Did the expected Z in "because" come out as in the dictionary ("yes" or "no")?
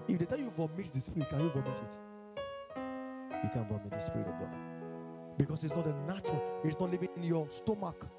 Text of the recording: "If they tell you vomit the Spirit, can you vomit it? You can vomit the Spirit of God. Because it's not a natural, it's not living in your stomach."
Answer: no